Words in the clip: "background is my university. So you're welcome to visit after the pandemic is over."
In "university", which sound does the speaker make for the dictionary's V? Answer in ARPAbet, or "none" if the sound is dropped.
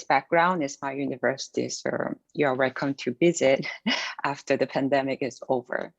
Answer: V